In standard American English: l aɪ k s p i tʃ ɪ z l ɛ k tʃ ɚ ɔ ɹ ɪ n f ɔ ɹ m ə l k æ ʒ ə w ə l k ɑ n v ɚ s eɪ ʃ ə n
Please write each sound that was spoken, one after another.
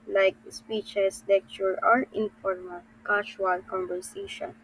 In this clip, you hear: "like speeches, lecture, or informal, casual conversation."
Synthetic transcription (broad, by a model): l aɪ k s p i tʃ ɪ s l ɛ k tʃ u ɔ ɹ ɪ n f ɔ ɹ m ə l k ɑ ʃ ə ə l k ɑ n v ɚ s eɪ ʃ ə n